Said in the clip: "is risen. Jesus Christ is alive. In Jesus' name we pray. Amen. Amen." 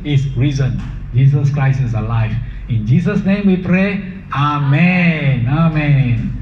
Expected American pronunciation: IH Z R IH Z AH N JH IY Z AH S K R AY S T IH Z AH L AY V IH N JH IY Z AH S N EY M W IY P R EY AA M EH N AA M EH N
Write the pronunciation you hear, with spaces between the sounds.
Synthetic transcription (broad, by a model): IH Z R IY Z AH N JH IY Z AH S K R AY S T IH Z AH L AY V IH N JH IY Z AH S N EY M W IY P R EY AA M EH N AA M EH N